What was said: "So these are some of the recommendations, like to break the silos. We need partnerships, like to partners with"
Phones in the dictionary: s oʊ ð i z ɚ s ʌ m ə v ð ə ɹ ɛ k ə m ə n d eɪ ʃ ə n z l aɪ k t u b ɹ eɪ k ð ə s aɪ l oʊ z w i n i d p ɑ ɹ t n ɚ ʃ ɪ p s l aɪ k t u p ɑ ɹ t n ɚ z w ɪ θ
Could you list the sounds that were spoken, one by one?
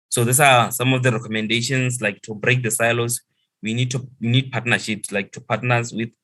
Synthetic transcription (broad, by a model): s oʊ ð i s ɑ s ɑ m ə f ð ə ɹ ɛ k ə m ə n d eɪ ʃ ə n s l aɪ k t u b ɹ eɪ k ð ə s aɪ l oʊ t w i n i d p ɑ t n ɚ ʃ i p s l aɪ k t u p ɑ t n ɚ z w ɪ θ